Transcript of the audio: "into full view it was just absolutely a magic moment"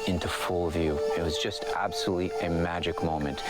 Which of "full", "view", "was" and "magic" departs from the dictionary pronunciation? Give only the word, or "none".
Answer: none